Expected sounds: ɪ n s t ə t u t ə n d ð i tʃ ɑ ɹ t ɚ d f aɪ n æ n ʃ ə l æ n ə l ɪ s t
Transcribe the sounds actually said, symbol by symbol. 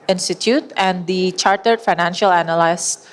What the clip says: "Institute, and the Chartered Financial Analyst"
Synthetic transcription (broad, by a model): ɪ n s t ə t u t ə n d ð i tʃ ɑ ɹ t ɚ d f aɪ n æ n ʃ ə l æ n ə l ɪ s